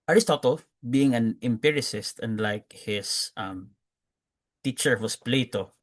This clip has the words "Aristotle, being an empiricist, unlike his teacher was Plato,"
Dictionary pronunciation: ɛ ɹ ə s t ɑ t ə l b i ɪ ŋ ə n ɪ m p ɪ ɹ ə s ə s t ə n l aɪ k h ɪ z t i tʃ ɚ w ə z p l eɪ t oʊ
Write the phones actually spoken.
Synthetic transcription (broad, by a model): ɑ ɹ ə s t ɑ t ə l b i ɪ ŋ ə n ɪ m p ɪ ɹ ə s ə s t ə n l aɪ k h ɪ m t i tʃ ɚ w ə s p l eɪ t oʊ